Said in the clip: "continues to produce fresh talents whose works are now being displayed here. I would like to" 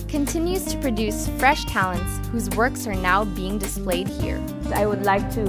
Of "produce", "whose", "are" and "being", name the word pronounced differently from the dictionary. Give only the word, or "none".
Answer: none